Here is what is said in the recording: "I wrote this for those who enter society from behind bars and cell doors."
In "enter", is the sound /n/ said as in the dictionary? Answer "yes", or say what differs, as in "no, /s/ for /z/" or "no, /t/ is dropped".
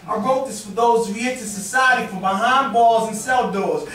no, /n/ is dropped